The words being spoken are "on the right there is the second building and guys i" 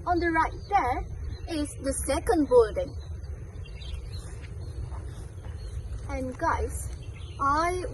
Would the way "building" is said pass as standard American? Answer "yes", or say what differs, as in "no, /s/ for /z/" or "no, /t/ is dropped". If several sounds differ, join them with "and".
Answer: yes